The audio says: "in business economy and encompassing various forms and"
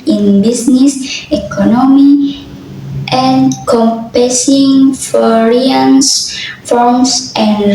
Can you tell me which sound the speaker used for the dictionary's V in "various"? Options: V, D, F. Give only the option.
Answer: F